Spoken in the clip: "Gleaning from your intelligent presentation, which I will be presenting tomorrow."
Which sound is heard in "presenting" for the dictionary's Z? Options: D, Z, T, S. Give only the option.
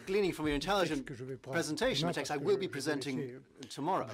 Z